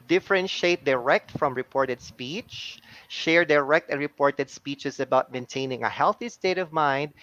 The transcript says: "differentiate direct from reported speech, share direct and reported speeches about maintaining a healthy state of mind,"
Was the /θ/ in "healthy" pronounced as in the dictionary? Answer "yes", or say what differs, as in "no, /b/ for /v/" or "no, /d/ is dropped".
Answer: yes